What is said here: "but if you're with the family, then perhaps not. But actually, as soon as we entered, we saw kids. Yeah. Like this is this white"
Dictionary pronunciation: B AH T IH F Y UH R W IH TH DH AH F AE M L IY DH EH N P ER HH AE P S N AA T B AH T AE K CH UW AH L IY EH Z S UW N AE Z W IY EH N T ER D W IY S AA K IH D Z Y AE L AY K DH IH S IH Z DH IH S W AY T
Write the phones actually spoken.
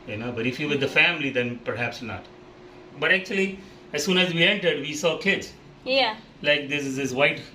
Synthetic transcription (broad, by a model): B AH T IH F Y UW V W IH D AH F AE M L IY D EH N P ER HH AE P S N AA T B AH T AE K CH UW AH L IY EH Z S UW N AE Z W IY EH N T ER D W IY S AA K IH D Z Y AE L AY K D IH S IH Z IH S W AY T